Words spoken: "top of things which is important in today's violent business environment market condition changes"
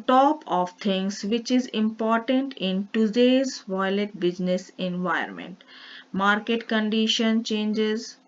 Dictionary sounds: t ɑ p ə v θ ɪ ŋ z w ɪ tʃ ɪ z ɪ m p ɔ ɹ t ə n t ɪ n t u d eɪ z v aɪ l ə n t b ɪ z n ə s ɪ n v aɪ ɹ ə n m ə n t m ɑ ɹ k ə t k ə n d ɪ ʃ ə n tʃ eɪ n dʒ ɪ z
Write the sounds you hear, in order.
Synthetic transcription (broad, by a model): t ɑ p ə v t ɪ ŋ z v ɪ tʃ ɪ z ɪ m p ɔ ɹ t ə n t ɪ n t u d eɪ z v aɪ l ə t b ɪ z n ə s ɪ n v aɪ ə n m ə n t m ɑ ɹ k ə t k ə n d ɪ ʃ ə n tʃ eɪ n dʒ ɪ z